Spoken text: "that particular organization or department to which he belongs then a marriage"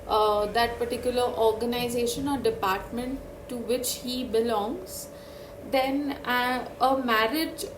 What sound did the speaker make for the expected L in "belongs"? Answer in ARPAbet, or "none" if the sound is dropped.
L